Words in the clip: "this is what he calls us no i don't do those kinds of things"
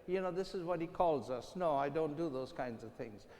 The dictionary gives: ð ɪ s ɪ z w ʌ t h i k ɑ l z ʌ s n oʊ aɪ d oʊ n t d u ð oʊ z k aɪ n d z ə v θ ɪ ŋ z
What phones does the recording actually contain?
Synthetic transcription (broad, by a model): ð ɪ s ɪ z w ʌ t h i k ɑ l z ʌ s n oʊ aɪ d oʊ n t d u ð oʊ z k aɪ n d z ə v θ ɪ ŋ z